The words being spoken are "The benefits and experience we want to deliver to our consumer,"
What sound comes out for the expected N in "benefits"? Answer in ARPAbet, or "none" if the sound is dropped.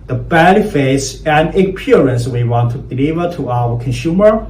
L